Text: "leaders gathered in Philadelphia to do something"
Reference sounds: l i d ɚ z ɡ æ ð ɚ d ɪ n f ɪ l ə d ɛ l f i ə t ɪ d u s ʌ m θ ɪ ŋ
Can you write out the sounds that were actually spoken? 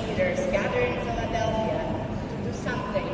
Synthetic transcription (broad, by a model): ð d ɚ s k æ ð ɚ ɪ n f ɪ l ə d ɛ l f i ə t ɪ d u s ʌ m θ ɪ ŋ